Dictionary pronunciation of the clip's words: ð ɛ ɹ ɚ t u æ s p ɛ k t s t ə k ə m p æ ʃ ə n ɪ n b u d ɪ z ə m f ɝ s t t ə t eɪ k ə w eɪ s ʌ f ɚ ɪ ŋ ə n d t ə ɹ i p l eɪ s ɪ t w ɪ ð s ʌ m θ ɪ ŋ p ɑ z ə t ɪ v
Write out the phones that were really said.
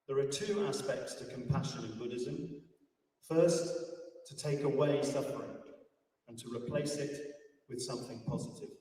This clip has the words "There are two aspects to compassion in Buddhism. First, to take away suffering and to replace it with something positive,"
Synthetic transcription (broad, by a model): ð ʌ ɹ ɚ t u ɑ s p ɛ k t s t ə k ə m p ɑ ʃ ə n ɪ n b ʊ d ɪ z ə m f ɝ s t t ə t eɪ k ə w eɪ s ʌ f ɚ ɪ ŋ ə n t ə ɹ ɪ p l eɪ s ɪ t w ɪ ð s ʌ m θ ɪ ŋ p ɑ z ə t ɪ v